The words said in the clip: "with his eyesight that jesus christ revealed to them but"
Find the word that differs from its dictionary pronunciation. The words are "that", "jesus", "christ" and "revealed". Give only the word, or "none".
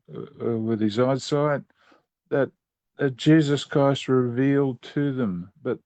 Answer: none